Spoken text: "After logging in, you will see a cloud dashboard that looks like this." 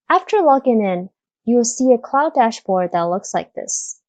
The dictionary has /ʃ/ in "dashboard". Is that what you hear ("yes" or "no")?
yes